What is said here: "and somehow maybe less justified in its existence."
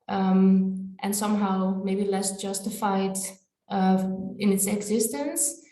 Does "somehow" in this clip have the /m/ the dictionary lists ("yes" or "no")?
yes